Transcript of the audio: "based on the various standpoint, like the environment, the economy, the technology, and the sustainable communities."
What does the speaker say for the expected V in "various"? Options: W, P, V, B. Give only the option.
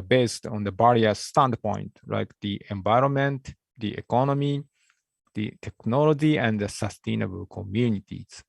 B